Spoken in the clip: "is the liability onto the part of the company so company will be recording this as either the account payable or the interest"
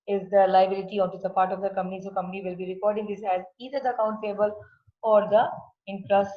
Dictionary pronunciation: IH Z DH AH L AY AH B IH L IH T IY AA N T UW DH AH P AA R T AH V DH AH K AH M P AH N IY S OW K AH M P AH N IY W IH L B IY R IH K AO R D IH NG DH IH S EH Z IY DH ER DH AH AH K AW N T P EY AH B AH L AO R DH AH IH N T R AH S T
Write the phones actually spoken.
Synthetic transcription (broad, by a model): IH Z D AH L AY AH B IH L IH T IY AA N T UW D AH P AA R T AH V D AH K AH M P AH N IY S OW K AH M P AH N IY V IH L B IY R IH K AO R D IH NG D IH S EH Z IY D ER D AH AH K AW N T F EY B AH L AO R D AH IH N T R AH S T